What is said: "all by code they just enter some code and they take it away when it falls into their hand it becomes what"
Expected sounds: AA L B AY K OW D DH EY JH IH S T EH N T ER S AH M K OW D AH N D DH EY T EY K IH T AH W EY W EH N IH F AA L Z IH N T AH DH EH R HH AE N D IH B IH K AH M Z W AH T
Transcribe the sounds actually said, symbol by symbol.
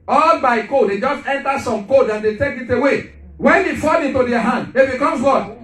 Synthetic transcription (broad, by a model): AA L B AY K OW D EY JH IH S T EH N T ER S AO M K OW D AH N D EY T EY K IH T AH W EY W EH N IH F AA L IH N T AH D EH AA HH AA N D IH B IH K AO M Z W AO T